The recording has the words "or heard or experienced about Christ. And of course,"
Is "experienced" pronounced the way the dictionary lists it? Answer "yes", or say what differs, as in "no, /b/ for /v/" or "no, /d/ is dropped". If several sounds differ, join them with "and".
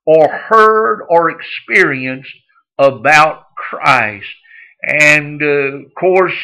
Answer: yes